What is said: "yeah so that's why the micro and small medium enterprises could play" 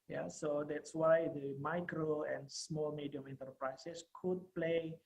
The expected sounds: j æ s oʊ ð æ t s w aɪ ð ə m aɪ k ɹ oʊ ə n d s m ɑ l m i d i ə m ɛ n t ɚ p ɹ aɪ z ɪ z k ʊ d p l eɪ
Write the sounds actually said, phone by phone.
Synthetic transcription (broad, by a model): j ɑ s oʊ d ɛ t s w aɪ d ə m aɪ k ɹ oʊ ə n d s m ɑ l m i d i ə m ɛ n t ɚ p ɹ aɪ s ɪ s k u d p l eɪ